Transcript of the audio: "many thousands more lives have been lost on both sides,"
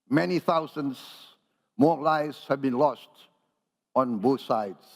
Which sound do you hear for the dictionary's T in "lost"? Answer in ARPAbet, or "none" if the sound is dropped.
T